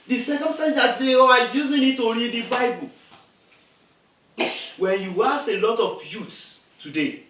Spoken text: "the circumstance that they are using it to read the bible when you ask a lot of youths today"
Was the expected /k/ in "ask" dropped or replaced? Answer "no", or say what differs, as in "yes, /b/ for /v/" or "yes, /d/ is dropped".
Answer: yes, /k/ is dropped